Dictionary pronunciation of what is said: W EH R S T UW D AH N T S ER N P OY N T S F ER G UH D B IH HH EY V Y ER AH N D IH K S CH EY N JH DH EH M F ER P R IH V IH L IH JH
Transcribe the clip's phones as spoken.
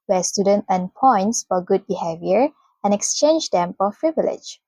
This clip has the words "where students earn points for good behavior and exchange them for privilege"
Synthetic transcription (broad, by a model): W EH S T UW D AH N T ER N P OY N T S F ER G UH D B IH HH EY V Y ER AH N IH K S CH EY N JH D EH M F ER P R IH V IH L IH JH